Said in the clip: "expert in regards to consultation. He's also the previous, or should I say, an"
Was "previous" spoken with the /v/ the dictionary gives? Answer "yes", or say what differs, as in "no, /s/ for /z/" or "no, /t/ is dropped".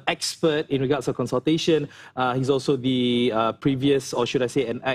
yes